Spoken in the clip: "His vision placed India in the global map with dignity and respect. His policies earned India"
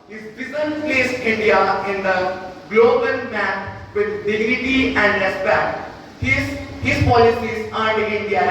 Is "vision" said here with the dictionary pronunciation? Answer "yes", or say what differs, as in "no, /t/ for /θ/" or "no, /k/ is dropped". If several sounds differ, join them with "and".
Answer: no, /b/ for /v/ and /z/ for /ʒ/